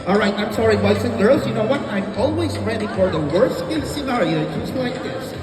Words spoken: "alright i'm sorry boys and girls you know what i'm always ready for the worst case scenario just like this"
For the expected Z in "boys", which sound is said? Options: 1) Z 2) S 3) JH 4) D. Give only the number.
2